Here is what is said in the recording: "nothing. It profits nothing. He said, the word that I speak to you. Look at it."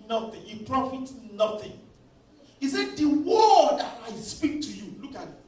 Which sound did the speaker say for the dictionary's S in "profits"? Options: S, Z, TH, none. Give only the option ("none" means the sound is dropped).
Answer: none